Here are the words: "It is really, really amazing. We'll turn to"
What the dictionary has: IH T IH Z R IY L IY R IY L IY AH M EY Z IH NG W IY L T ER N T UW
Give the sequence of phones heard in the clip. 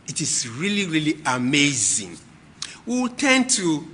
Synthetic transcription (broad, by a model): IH T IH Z R IY L IY R IY L IY AH M EY Z IH NG W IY W T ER N T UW